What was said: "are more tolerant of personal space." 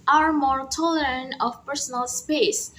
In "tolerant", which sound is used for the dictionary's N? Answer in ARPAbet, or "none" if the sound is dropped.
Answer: N